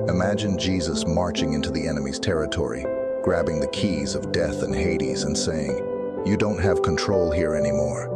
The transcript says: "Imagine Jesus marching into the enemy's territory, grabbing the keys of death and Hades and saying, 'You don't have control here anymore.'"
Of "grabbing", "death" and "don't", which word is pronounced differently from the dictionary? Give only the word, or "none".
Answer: none